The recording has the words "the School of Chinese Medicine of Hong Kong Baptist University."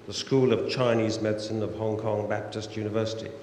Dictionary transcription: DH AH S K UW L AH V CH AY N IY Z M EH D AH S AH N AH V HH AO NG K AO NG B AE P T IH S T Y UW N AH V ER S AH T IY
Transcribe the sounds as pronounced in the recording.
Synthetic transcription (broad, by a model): DH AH S K UW L AH V CH AY N IY Z M EH D S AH N AH V HH AO NG K AO NG B AE P T IH S T Y UW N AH V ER S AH T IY